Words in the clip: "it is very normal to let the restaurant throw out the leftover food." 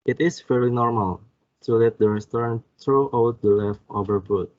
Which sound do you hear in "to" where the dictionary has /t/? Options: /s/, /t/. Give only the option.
/s/